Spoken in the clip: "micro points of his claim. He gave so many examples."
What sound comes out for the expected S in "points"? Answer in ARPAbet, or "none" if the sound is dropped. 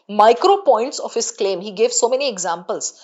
S